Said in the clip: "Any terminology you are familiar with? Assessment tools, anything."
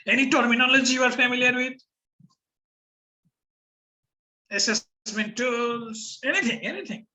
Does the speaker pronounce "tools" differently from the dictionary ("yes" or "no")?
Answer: yes